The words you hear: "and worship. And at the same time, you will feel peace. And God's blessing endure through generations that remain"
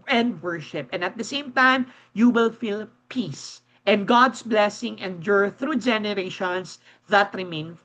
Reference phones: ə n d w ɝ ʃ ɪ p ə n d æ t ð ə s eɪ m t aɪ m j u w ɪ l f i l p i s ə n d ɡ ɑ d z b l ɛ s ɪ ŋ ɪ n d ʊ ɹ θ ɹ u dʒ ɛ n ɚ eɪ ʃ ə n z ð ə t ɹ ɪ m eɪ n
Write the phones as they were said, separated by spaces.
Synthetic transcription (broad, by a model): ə n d w ɝ ʃ ɪ p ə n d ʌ t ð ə s eɪ m t aɪ m j u w ɪ l f i l p i s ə n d ɡ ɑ d s b l ɛ s ɪ ŋ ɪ n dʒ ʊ ɹ θ ɹ u dʒ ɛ n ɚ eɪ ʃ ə n s ð ə t ɹ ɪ m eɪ n